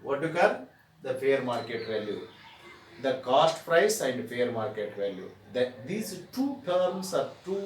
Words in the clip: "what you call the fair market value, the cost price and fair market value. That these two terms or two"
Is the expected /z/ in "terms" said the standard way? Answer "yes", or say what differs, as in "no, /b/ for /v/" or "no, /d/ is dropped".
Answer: no, /s/ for /z/